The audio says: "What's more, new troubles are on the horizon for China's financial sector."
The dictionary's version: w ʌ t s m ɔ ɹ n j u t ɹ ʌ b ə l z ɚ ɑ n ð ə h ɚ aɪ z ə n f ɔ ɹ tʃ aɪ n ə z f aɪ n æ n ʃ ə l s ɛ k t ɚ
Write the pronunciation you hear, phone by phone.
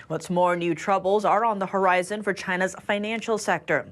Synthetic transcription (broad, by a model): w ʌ t s m ɔ ɹ n j u t ɹ ʌ b ə l z ɚ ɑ n ð ə h ɚ aɪ z ə n f ɔ ɹ tʃ aɪ n ə z f aɪ n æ n ʃ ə l s ɛ k t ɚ